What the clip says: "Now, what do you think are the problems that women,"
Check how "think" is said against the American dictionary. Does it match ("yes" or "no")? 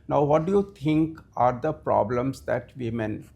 no